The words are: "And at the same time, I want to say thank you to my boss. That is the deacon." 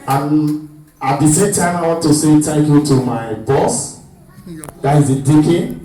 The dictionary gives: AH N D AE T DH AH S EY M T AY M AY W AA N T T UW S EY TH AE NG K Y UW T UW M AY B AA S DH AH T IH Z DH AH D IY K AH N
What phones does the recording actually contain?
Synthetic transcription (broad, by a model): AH N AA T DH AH S EY M T AY M AY W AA N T T UW S EY T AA K Y UW T UW M AY B AA S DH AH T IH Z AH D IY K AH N